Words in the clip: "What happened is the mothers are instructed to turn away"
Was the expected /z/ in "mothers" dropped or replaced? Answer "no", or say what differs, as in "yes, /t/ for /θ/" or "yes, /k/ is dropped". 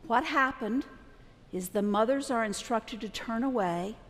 no